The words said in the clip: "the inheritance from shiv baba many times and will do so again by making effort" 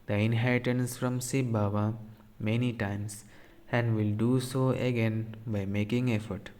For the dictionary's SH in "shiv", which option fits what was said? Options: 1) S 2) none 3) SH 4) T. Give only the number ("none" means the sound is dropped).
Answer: 1